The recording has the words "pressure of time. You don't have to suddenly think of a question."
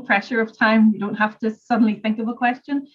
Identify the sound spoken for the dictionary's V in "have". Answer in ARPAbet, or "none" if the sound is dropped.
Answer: F